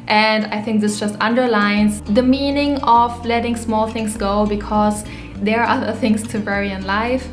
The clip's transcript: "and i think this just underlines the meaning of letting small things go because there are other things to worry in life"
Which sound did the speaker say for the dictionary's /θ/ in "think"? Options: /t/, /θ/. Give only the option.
/θ/